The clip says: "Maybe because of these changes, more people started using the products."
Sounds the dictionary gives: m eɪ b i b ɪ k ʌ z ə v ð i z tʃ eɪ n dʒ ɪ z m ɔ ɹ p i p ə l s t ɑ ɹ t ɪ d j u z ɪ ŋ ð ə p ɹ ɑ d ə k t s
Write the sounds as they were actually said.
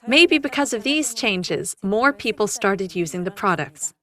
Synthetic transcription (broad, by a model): m eɪ b i b ɪ k ʌ z ə v ð i z tʃ eɪ n dʒ ɪ z m ɔ ɹ p i p l s t ɑ ɹ t ɪ d j u z ɪ ŋ ð ə p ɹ ɑ d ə k t s